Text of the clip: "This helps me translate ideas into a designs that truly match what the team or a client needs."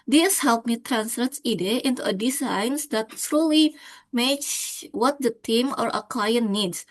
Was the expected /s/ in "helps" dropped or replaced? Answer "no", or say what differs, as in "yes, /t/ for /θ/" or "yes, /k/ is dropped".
yes, /s/ is dropped